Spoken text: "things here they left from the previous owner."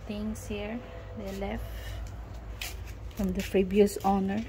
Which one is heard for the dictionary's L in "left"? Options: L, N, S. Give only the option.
L